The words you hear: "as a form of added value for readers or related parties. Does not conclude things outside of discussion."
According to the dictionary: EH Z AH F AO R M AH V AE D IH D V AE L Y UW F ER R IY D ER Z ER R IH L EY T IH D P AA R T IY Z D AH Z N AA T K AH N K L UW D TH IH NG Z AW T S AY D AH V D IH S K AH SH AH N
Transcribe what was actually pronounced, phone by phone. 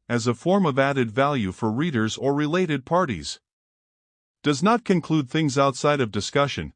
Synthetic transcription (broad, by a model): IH Z AH F AO R M AH V AE D IH D V AE L Y UW F ER R IY D ER Z ER R IH L EY T IH D P AA R T IY Z D AH Z N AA T K AH N K L UW D TH IH NG Z AW T S AY D AH V D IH S K AH SH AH N